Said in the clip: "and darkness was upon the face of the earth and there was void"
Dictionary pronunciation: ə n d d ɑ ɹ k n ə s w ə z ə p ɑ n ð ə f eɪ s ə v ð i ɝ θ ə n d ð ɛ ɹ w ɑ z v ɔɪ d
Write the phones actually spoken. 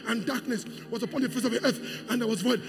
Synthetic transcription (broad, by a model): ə n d d ɑ ɹ k n ə s w ə z ə p ɑ n ð ə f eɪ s ə v ð i ɝ θ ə n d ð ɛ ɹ w ɑ z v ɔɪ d